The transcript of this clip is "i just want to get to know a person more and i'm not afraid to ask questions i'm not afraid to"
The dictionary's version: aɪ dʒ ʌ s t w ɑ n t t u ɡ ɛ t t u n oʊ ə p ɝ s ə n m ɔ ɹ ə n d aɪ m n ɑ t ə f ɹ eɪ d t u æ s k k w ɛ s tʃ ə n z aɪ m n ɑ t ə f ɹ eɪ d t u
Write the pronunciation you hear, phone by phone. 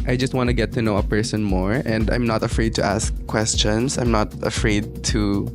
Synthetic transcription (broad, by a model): aɪ dʒ ʌ s t w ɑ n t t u ɡ ɛ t t u n oʊ ə p ɝ s ə n m ɔ ɹ ə n d aɪ m n ɑ t ə f ɹ eɪ d t u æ s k k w ɛ s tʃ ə n s aɪ m n ɑ t ə f ɹ eɪ d t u